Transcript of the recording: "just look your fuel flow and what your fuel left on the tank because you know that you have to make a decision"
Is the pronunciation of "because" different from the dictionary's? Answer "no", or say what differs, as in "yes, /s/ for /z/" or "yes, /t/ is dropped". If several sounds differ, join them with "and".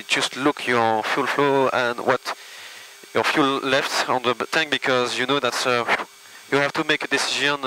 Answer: no